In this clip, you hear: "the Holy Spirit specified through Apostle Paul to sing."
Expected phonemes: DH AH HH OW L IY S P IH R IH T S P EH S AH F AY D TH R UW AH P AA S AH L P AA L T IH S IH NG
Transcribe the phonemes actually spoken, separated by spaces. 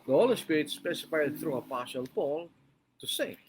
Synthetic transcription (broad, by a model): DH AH HH OW L IY S P IH R IH T S P EH S AH F AY D TH R UW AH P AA SH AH L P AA L T IH S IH